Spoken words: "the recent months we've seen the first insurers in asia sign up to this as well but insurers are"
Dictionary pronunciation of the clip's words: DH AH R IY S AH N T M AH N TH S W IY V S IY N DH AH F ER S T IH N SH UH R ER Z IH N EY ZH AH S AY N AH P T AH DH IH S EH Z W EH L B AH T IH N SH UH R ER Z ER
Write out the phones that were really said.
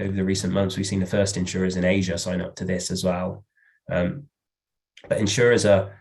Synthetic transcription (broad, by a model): DH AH R IY S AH N M AH N TH S W IY V S IY N DH AH F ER S T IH N SH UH R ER Z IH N EY ZH AH S AY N AH P T AH DH IH S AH Z W EH L B AH T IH N SH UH R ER Z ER